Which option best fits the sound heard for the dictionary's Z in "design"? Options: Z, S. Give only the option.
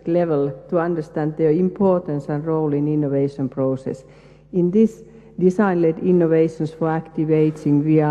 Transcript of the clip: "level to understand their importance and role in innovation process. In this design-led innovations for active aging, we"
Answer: S